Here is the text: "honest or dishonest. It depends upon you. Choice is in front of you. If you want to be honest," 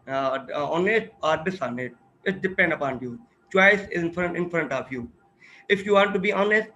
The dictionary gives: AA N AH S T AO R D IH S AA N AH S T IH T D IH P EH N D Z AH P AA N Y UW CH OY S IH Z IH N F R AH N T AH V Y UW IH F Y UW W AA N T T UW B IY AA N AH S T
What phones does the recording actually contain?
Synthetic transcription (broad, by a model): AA N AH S T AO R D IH S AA N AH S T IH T D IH P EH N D AH P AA N Y UW CH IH S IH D IH N F R AH N T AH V Y UW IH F Y UW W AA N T T UW B IY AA N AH S T